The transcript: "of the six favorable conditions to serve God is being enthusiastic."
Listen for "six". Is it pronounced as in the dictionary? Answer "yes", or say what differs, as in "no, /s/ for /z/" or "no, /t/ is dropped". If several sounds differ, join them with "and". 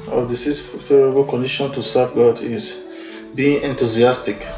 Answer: no, /k/ is dropped